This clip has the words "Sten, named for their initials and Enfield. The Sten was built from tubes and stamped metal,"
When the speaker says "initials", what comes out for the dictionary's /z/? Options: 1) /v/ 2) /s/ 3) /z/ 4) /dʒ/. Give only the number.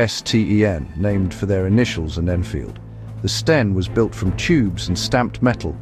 3